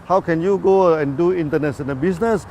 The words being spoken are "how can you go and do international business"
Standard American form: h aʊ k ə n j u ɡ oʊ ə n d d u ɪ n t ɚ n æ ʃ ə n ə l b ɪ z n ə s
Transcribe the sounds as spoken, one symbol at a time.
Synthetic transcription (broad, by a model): h aʊ k ə n j u ɡ oʊ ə n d d u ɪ n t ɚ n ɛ s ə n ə b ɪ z n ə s